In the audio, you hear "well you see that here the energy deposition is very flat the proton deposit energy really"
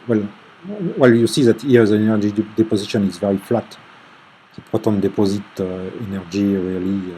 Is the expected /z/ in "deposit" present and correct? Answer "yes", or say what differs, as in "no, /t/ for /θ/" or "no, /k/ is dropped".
yes